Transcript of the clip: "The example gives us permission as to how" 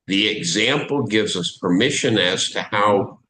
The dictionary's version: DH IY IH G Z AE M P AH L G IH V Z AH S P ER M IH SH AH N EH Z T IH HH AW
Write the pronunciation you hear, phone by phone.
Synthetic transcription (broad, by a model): DH IY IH G Z AE M P L G IH V Z AH S P ER M IH SH AH N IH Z T IH HH AW